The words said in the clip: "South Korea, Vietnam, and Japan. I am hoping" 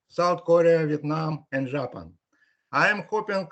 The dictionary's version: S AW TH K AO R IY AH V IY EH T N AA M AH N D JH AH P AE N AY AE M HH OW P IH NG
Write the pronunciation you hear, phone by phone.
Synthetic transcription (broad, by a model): S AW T K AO R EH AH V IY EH T N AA M AH N D ZH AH P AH N AY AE M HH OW P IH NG